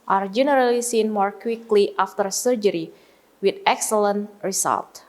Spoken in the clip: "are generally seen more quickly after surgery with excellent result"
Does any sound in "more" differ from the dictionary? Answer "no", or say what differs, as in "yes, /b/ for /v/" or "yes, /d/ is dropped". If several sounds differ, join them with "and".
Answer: no